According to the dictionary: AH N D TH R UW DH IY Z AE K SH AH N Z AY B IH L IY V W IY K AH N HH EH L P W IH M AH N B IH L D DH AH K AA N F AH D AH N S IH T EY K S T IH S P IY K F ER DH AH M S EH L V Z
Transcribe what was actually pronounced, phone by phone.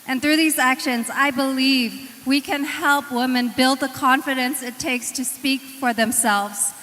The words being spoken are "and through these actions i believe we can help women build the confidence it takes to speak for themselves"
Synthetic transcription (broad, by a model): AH N TH R UW DH IY Z AE K SH AH N Z AY B IH L IY V W IY K AH N HH EH L P W IH M AH N B IH L D DH AH K AA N F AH D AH N S IH T EY K S T IH S P IY K F ER DH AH M S EH L V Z